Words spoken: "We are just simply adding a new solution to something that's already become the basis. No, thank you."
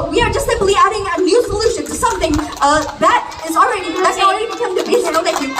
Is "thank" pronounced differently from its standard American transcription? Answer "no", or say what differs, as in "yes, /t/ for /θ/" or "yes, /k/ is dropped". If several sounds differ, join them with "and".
yes, /ŋ/ is dropped